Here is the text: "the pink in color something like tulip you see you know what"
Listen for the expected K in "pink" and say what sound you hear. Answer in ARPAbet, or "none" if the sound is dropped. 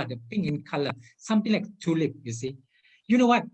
none